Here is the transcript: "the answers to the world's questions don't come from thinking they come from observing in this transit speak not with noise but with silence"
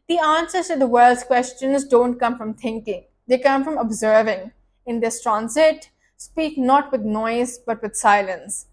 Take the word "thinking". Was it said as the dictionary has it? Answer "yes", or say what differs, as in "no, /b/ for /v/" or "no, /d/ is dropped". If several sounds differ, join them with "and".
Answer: no, /t/ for /θ/